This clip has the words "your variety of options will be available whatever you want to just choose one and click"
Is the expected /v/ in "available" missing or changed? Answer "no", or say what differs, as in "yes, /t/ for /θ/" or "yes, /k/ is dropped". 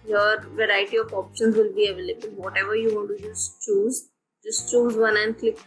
no